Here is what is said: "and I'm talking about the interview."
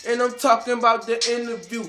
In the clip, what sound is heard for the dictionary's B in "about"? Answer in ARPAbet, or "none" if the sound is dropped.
B